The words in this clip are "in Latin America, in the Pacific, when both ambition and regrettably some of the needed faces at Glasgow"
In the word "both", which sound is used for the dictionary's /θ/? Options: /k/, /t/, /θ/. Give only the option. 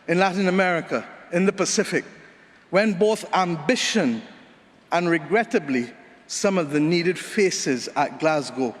/θ/